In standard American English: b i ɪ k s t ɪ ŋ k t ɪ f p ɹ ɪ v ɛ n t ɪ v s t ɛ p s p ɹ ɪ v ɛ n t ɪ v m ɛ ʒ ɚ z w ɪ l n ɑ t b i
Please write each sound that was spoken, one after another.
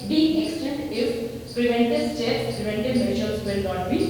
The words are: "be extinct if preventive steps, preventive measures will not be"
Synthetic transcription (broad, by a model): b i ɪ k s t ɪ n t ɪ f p ɹ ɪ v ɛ n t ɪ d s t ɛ s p ɹ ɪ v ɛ n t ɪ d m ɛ ʃ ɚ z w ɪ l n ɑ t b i